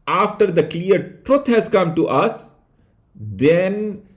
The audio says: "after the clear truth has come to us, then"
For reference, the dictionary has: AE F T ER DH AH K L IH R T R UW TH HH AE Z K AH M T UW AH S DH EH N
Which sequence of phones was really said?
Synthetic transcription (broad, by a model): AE F T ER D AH K L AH R T R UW T HH AE Z K AH M T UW AH S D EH N